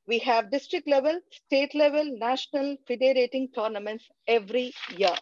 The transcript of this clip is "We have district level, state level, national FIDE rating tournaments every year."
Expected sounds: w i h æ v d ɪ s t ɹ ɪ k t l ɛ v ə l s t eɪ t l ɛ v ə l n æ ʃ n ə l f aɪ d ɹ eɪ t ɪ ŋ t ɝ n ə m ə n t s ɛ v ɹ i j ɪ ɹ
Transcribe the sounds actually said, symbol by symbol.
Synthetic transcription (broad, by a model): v i h æ v d ɪ s t ɹ ɪ k t l ɛ v ə l s t eɪ t l ɛ v ə l n æ ʃ n ə l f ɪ d ɹ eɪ t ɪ ŋ t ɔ n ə m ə n t s ɛ v ɹ i j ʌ ɹ